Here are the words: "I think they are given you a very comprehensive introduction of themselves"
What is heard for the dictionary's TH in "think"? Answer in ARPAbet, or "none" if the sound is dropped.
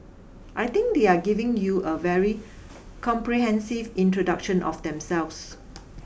T